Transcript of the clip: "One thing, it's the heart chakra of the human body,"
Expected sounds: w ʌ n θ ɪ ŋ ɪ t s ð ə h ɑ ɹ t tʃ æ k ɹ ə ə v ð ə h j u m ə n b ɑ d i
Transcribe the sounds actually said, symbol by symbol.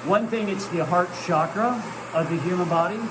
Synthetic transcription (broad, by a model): w ʌ n θ ɪ ŋ ɪ t s ð ə h ɑ ɹ t ʃ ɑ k ɹ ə ə v ð ə h j u m ə n b ɑ d i